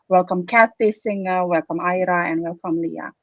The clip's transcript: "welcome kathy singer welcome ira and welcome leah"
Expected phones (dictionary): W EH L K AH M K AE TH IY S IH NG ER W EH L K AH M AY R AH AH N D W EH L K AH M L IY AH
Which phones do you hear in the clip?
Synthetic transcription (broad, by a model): W EH L K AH M K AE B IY S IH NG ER W EH L K AH M AY R AH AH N W EH L K AH M L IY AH